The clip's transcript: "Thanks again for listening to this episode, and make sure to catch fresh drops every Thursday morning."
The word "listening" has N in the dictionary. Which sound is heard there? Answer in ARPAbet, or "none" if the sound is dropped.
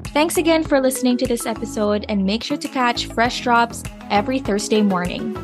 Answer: N